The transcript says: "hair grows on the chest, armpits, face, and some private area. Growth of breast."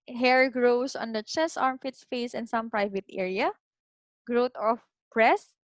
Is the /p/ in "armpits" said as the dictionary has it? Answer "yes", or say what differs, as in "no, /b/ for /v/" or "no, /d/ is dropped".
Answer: no, /f/ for /p/